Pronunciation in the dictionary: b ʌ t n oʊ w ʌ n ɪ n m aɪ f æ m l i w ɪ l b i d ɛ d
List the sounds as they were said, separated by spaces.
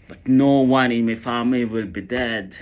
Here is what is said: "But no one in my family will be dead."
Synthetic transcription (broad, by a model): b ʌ t n oʊ w ʌ n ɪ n m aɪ f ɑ m i w ɪ l b i d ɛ d